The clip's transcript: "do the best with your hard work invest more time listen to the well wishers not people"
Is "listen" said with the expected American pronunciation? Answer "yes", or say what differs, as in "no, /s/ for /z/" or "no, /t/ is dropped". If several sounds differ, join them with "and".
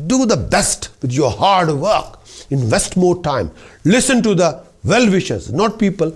yes